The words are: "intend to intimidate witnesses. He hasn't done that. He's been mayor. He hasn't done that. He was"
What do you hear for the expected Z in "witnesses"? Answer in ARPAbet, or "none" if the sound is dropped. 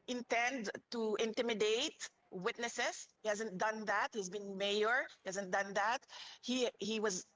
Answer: S